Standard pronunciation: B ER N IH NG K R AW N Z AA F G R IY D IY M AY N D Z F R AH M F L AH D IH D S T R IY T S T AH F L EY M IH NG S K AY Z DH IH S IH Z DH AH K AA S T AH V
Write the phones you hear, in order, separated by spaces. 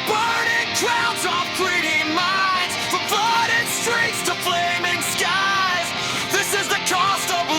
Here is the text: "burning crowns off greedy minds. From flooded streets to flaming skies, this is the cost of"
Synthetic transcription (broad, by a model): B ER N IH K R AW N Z AA F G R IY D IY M AY N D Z F R AH M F AH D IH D S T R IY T S T AH F L EY M IH NG S K AY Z DH IH S IH Z DH AH K AA S T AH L